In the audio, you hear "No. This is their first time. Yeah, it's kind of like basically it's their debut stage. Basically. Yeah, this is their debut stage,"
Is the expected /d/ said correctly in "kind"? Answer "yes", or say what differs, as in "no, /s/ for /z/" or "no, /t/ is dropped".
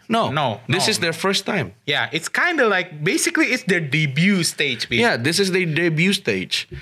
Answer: yes